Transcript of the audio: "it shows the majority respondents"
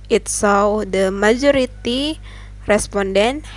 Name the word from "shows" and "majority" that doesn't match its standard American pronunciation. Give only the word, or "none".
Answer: shows